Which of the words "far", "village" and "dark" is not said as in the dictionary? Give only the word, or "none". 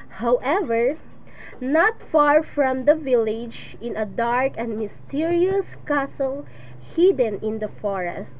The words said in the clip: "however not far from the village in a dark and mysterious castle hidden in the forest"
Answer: none